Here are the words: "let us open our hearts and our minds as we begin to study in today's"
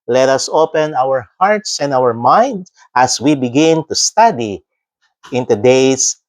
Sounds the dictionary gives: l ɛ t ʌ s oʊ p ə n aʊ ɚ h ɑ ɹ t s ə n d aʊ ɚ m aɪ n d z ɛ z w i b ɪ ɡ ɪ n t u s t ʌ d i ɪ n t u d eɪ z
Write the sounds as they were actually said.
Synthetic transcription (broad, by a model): l ɛ t ʌ s oʊ p ə n aʊ ɚ h ɑ ɹ t s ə n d aʊ ɚ m aɪ n d ɑ s w i b ɪ ɡ ɪ n t u s t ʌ d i ɪ n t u d eɪ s